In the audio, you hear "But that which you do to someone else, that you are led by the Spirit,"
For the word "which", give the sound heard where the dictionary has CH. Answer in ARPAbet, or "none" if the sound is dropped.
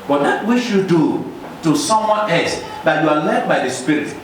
SH